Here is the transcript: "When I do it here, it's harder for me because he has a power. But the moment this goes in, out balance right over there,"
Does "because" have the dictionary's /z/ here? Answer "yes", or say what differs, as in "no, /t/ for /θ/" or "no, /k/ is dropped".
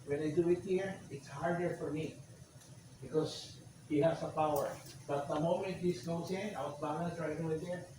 no, /s/ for /z/